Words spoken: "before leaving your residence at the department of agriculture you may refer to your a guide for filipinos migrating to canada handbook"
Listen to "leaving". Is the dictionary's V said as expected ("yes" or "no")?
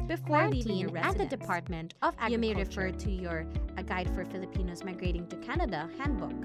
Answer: no